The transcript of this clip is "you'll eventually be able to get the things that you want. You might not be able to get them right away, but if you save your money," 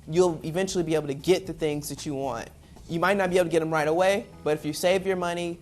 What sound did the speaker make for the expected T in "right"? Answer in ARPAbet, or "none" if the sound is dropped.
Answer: T